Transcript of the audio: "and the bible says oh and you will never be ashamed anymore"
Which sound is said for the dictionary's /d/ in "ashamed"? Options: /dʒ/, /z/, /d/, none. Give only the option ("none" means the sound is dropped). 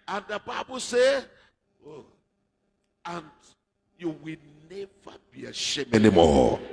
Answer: none